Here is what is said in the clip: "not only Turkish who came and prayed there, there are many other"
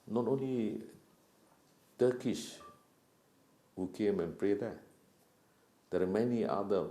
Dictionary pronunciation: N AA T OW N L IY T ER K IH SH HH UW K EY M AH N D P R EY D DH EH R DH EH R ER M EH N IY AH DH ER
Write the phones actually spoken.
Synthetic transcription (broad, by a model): N AA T OW N L IY T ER K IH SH HH UW K EY M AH N P R EY D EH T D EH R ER M EH N IY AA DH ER